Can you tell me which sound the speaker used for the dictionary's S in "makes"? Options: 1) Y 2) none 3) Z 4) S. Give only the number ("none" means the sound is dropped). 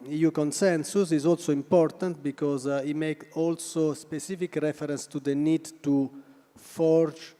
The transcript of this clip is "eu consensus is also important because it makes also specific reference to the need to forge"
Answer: 2